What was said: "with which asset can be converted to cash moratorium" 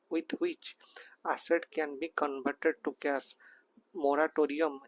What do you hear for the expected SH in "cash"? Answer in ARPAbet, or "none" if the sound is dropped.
S